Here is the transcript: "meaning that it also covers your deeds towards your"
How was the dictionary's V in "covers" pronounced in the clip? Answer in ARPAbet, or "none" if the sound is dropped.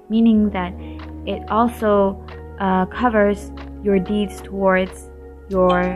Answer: V